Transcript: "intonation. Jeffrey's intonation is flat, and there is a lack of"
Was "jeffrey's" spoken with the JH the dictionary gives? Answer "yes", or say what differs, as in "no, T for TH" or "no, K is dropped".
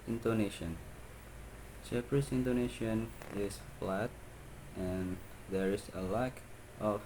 no, CH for JH